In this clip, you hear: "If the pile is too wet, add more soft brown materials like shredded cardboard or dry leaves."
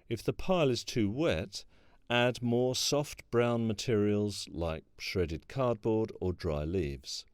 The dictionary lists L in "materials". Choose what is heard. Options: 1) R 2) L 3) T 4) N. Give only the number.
2